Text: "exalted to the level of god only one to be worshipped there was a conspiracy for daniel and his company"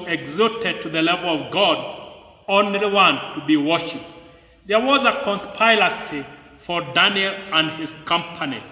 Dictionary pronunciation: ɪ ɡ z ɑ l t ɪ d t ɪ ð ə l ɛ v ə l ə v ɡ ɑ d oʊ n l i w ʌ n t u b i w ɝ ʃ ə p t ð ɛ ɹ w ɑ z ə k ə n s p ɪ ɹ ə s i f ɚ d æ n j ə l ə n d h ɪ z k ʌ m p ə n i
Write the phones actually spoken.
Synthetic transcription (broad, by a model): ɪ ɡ z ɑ t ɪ d t ɪ ð ə l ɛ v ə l ə v ɡ ɑ d oʊ n l i w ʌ n t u b i w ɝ ʃ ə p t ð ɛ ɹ w ɑ z ə k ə n s p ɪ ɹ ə s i f ɚ d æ n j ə l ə n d h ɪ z k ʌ m p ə n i